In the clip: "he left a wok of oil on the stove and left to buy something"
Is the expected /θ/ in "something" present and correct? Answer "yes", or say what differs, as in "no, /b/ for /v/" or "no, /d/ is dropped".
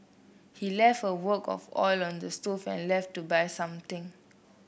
no, /t/ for /θ/